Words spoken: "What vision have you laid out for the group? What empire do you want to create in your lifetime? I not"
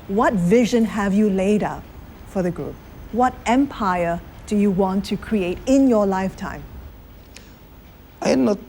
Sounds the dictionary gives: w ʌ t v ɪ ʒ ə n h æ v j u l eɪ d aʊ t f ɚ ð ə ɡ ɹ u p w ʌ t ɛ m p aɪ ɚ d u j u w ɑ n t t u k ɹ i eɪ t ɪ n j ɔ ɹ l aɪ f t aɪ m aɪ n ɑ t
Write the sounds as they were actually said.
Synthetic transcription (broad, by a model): w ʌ t v ɪ ʒ ə n h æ v j u l eɪ d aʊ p f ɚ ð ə ɡ ɹ u p w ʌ t ɛ m p aɪ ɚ d u j u w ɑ n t t u k ɹ i eɪ t ɪ n j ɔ l aɪ f t aɪ m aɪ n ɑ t